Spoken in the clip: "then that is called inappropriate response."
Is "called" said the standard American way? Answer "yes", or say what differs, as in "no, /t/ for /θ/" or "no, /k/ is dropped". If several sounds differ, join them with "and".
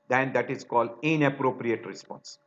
yes